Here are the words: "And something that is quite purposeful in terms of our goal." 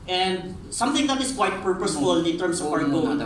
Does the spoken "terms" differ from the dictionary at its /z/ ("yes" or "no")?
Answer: yes